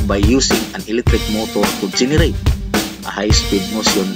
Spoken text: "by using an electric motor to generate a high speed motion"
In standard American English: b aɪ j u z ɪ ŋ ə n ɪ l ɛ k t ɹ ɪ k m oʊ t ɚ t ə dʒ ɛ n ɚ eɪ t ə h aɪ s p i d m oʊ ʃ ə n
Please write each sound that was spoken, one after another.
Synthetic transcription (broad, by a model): b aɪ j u s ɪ ŋ ə n ɪ l ɛ k t ɹ ɪ k m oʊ t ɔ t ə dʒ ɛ n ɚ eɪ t ə h aɪ s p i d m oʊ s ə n